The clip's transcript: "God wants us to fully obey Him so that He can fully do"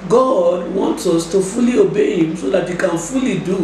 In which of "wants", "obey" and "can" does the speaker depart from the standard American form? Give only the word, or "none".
none